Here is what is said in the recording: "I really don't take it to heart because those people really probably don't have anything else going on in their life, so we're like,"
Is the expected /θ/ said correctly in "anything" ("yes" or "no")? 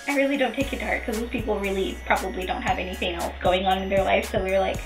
yes